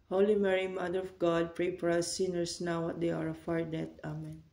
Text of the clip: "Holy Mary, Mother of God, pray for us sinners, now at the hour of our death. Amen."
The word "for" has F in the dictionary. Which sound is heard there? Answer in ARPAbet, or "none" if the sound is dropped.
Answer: P